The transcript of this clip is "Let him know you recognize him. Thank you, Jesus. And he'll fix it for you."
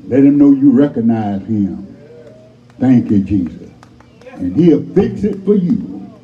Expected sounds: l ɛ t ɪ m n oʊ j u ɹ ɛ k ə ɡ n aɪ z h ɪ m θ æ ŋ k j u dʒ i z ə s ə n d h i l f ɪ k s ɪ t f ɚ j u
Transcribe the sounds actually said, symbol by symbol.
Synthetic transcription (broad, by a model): l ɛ t ɪ m n oʊ j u ɹ ɛ k ə ɡ n aɪ z h ɪ m θ æ ŋ k j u dʒ i z ə s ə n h i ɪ f ɪ k s ɪ t f ɚ j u